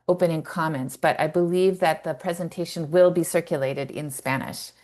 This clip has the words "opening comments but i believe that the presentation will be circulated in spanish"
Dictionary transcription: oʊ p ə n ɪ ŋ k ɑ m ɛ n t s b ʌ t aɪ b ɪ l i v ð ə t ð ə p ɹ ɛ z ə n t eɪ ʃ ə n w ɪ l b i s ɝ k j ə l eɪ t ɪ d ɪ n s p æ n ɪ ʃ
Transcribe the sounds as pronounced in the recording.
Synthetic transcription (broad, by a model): oʊ p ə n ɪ ŋ k ɑ m ɛ n t s b ʌ t aɪ b ɪ l i v ð ə t ð ə p ɹ ɛ z ə n t eɪ ʃ ə n w ɪ l b i s ɝ k j ə l eɪ t ɪ d ɪ n s p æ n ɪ ʃ